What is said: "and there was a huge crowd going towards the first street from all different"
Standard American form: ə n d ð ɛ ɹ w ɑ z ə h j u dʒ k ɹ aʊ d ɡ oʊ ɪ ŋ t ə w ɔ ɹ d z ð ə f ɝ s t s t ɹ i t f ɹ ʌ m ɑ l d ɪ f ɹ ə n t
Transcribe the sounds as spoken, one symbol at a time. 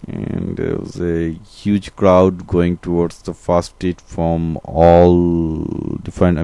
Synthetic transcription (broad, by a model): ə n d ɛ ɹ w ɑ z ə h j u dʒ k ɹ aʊ d ɡ oʊ ɪ ŋ t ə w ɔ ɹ d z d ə f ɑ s s t i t f ɹ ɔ m ɑ l d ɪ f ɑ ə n